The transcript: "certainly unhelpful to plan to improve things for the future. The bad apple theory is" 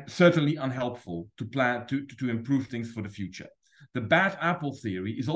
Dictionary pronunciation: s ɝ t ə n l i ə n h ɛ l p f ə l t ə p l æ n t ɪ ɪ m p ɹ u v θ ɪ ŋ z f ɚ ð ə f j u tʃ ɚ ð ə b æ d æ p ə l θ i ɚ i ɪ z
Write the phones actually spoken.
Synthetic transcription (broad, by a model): s ɝ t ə n l i ə n h ɛ l p f ə l t ə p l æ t t ɪ ɪ m p ɹ u v θ ɪ ŋ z f ɚ ð ə f j u tʃ ɚ ð ə b æ d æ p l θ i ɚ i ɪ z